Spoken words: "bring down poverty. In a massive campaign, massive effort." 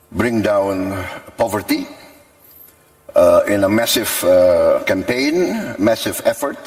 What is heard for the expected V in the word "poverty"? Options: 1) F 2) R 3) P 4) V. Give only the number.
4